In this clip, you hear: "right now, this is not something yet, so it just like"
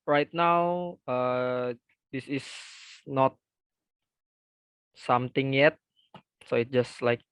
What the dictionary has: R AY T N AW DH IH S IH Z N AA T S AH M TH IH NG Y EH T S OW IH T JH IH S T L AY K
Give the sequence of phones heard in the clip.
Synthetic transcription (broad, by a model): R AY T N AW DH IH S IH S N AA T S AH M T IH NG Y EH T S OW IH T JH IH S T L AY K